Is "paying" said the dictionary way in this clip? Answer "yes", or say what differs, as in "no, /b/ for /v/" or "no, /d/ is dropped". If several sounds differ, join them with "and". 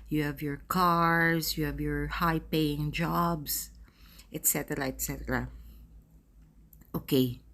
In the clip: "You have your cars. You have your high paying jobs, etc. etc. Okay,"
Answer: yes